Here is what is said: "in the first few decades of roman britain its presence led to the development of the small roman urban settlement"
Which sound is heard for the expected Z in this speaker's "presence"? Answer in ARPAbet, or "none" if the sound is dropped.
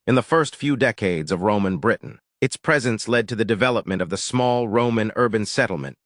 Z